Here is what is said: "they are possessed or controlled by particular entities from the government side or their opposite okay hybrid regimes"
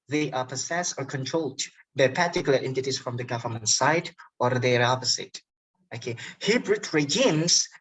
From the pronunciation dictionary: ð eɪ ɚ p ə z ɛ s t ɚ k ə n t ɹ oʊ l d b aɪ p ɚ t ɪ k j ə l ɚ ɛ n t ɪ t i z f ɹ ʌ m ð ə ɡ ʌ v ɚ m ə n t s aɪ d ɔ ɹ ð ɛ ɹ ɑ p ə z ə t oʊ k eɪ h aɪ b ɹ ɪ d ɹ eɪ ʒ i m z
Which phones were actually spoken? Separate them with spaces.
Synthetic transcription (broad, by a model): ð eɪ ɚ p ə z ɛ s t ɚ k ə n t ɹ oʊ l d b aɪ p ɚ t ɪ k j l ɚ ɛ n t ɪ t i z f ɹ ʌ m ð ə ɡ ʌ v ɚ m ə n t s aɪ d ɔ ɹ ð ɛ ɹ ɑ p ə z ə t oʊ k eɪ h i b ɹ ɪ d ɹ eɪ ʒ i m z